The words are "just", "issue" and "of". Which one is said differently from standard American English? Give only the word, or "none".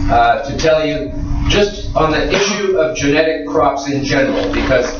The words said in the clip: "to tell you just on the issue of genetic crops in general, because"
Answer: none